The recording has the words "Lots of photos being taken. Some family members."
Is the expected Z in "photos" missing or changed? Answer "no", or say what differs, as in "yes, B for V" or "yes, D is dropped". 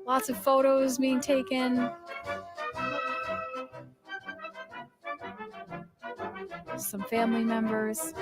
no